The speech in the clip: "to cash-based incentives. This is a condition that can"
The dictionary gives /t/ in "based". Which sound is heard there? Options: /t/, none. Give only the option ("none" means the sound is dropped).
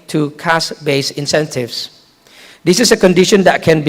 none